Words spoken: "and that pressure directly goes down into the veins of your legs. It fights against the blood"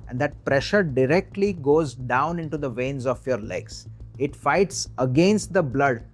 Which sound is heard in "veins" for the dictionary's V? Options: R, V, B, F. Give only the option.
V